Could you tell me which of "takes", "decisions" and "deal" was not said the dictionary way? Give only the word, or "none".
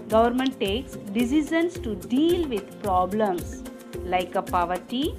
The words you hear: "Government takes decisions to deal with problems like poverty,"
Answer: decisions